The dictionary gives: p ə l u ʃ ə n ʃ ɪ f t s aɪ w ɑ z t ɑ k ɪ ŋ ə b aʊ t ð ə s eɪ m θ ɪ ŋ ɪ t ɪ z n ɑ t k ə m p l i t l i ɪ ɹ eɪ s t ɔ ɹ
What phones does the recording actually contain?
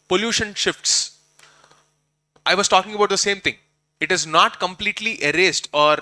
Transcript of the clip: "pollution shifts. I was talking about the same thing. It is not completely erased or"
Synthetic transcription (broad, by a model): p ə l u ʃ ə n ʃ ɪ f t s aɪ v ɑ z t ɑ k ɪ ŋ ə b aʊ t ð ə s eɪ m t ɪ ŋ ɪ t ɪ z n ɑ t k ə m p l i t l i ɪ ɹ eɪ s t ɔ ɹ